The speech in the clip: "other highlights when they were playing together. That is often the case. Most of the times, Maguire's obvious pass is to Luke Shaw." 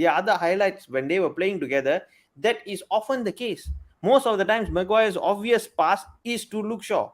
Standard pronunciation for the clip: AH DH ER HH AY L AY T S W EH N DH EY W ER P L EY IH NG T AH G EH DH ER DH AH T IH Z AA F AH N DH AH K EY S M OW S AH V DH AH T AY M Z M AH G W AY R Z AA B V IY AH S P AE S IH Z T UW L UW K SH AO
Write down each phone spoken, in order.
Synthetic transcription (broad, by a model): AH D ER HH AY L AY T S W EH N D EY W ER P L EY IH NG T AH G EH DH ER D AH T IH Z AA F AH N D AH K EY S M OW S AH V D AH T AY M S M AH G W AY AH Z AA B V IY AH S P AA S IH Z T UW L UW K SH AO